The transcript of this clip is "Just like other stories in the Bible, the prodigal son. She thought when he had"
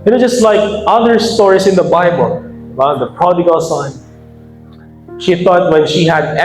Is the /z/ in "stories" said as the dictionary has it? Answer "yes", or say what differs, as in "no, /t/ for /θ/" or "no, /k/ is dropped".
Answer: no, /s/ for /z/